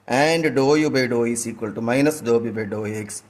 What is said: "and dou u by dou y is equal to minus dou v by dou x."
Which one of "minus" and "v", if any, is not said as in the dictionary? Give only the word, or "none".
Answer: v